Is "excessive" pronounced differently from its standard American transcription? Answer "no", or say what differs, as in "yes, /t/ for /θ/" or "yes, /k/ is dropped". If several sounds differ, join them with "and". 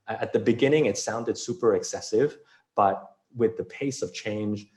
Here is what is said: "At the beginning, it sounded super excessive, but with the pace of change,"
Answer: no